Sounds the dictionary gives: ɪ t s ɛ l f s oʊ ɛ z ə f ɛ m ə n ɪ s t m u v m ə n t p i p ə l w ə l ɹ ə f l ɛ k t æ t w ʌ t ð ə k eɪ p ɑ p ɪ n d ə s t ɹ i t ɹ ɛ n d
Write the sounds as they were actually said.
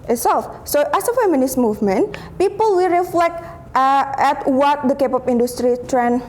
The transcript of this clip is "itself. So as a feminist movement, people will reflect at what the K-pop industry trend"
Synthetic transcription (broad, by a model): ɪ t s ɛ l f s oʊ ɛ s ə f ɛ m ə n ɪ s m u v m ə n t p i p ə l w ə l ɹ ə f l ɛ k t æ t w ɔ t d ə k eɪ p ɑ p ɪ n d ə s t ɹ i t ɹ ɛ n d